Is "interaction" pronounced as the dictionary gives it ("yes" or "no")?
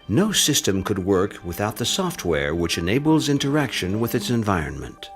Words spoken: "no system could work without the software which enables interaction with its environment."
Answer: yes